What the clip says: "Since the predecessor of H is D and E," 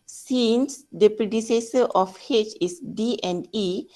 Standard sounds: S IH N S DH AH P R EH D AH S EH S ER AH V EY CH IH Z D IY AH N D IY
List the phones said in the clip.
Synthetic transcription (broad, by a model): S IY N S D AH P R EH D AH S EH S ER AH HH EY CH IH S D IY AH N D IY